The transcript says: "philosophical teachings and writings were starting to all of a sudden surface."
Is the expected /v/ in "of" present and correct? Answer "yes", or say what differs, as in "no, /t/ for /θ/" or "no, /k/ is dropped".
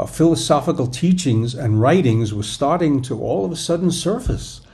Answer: yes